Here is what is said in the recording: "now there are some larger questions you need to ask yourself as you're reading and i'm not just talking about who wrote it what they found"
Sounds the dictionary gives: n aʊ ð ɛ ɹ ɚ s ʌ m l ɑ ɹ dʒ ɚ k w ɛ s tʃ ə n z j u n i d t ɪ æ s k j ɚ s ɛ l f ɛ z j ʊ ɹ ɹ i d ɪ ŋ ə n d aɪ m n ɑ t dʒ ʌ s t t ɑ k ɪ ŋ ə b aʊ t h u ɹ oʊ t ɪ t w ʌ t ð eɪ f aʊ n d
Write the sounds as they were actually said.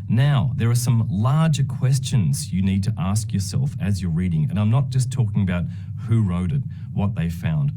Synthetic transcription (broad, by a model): n aʊ ð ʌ ɹ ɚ s ʌ m l ɑ ɹ dʒ ɚ k w ɛ s tʃ ə n z j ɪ n i d t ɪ æ s k j ɚ s ɛ l f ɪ z j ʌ ɹ ɹ i d ɪ ŋ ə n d aɪ m n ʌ t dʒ ʌ s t t ɑ k ɪ ŋ ə b aʊ t h u ɹ oʊ t ɪ t w ʌ t ð eɪ f aʊ n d